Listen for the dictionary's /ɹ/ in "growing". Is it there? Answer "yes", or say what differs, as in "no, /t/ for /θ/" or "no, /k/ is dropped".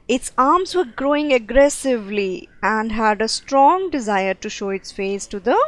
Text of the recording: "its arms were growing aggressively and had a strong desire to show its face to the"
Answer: yes